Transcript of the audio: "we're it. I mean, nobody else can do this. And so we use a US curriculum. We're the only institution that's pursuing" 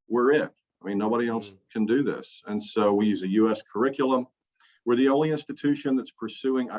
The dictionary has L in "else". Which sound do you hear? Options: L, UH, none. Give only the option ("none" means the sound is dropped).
L